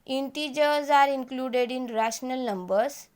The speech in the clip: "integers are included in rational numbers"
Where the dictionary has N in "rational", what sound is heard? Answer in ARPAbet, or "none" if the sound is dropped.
N